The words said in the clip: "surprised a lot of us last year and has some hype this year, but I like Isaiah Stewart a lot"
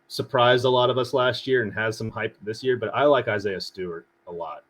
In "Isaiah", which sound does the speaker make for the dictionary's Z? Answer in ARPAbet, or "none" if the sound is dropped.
Z